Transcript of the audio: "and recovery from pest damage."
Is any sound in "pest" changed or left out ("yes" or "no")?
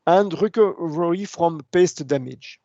no